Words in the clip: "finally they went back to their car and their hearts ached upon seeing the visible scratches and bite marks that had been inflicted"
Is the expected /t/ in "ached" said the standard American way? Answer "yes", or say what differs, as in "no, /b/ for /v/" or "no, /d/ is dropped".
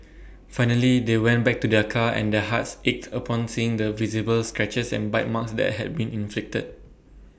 yes